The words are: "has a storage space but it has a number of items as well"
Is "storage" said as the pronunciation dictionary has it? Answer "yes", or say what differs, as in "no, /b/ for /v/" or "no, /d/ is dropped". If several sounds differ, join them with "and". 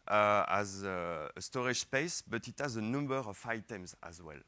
no, /ʃ/ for /dʒ/